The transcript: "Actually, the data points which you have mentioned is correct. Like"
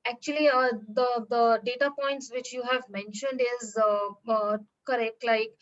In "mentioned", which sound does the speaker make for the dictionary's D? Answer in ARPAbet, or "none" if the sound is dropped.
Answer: D